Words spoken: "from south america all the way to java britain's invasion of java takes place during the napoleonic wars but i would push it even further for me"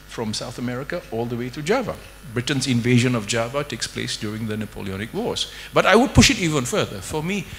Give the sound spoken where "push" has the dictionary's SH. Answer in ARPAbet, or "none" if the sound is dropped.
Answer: SH